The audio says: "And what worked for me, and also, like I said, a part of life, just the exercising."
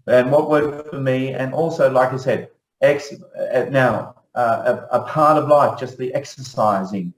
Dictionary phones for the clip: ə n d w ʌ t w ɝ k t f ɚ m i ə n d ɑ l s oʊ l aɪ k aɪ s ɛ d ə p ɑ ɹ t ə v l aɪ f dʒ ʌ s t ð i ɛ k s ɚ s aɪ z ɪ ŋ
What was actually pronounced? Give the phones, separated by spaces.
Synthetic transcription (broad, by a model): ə n w ʌ t w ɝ t f ɚ m i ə n ɑ l s oʊ l aɪ k aɪ s ɛ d ə p ɑ ɹ t ə v l aɪ f dʒ ʌ s t ð i ɛ k s ɚ s aɪ z ɪ ŋ